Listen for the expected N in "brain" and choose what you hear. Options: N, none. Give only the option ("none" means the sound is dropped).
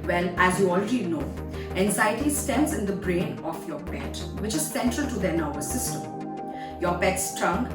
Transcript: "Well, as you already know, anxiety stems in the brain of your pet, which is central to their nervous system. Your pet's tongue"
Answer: N